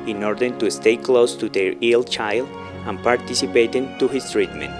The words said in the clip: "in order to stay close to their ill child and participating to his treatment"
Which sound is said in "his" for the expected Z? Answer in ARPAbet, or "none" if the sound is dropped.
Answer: S